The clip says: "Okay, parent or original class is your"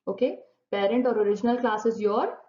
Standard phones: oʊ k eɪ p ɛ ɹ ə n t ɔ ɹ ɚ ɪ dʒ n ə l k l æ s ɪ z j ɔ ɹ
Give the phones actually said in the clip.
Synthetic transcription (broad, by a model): oʊ k eɪ p ɛ ɹ ə n t ɔ ɹ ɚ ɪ dʒ n ə l k l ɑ s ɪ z j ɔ ɹ